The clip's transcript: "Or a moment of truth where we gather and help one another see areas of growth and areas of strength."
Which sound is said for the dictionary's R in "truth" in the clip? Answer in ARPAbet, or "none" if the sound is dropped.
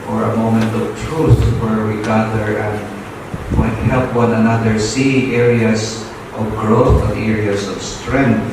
R